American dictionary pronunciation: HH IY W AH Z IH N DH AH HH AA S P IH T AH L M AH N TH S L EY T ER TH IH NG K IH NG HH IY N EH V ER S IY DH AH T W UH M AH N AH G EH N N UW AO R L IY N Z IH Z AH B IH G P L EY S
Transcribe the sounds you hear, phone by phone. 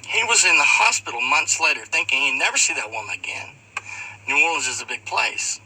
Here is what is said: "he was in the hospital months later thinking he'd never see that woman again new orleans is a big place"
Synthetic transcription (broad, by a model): HH IY W AH Z IH N DH AH HH AA S P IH T L M AH N TH S L EY T ER TH IH NG K IH NG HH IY N EH V ER S IY DH AH T W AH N AH G EH N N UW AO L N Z IH Z AH B IH G P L EY S